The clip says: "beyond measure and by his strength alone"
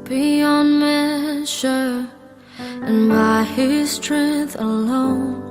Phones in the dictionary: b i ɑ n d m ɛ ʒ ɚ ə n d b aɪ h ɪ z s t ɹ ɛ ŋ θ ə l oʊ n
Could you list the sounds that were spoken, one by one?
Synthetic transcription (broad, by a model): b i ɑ n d m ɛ ʃ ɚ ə n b aɪ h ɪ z s t ɹ ɛ ŋ θ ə l oʊ n